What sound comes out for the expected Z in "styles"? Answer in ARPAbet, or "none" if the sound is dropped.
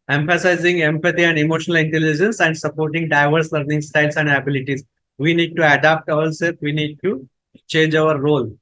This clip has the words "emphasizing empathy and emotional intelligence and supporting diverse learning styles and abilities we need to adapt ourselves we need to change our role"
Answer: S